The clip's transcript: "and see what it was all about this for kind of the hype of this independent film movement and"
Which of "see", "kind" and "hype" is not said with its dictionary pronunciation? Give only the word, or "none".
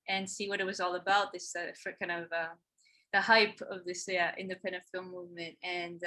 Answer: none